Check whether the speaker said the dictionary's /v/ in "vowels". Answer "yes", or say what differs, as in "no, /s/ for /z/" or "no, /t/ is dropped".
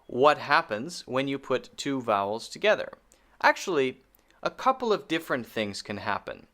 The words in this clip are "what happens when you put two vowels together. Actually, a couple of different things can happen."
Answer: yes